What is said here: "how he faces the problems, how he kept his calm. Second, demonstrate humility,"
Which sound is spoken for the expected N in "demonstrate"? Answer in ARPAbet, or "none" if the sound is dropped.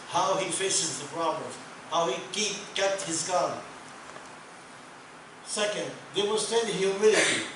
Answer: none